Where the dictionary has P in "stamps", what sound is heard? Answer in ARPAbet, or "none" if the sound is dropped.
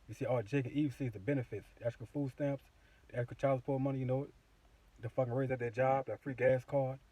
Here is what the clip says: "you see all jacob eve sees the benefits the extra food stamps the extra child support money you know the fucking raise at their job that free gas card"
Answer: P